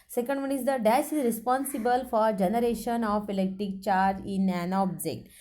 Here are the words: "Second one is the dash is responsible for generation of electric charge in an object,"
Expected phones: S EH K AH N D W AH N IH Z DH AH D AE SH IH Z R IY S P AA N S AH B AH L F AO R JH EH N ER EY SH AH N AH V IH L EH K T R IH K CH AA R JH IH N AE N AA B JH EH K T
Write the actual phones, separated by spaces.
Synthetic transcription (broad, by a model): S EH K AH N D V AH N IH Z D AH D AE S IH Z R IY S P AA N S AH B AH L F AO R JH EH N ER EY SH AH N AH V IH L EH K T R IH K CH AA R JH IH N AE N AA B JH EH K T